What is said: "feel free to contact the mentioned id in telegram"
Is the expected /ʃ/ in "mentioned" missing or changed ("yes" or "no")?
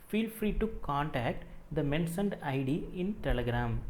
yes